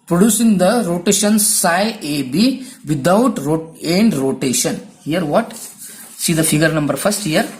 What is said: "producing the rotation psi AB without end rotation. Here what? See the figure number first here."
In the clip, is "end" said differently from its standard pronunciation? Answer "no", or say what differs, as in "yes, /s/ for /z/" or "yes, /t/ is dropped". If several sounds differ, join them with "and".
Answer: no